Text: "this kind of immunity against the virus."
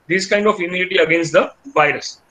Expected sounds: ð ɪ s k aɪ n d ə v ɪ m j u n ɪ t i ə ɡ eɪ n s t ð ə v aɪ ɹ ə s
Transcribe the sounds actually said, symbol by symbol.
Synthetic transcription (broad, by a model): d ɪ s k aɪ n d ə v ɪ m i l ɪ t i ə ɡ eɪ n s t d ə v aɪ ɹ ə s